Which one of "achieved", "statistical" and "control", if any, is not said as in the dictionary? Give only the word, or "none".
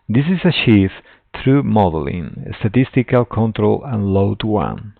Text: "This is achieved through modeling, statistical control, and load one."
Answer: achieved